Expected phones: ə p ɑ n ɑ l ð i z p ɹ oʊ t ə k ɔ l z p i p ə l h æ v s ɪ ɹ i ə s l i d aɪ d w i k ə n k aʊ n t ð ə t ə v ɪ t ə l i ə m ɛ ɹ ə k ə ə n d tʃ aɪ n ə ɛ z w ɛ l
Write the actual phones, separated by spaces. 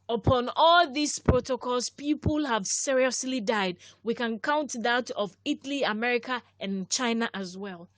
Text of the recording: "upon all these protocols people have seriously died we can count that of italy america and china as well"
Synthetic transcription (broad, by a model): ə p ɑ n ɑ l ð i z p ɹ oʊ t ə k ɔ l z p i p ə l h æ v s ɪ ɹ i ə s l i d aɪ d w i k ə n k aʊ n t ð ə t ə v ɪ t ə l i ə m ɛ ɹ ə k ə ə n tʃ aɪ n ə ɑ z w ɛ l